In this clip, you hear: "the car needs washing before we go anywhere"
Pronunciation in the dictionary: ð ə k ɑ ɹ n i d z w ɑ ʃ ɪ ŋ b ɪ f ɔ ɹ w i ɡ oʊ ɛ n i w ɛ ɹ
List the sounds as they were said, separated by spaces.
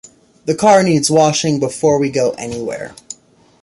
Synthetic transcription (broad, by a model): ð ə k ɑ ɹ n i d z w ɑ ʃ ɪ ŋ b ɪ f ɔ ɹ w i ɡ oʊ ɛ n i w ɛ ɹ